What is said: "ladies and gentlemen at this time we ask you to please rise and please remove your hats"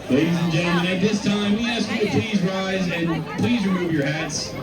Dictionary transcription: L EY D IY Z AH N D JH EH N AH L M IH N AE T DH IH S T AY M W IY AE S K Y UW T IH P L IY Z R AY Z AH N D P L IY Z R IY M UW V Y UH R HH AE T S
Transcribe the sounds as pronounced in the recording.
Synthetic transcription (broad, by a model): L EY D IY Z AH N JH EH AH M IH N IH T DH IH S T AY M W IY AE S K Y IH T IH P L IY Z R AY Z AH N P L IY Z R IY M UW V Y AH R HH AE T S